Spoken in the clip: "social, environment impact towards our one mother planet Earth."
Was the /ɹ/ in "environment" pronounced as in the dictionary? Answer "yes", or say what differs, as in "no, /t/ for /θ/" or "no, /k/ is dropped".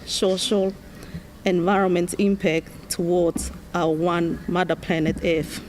yes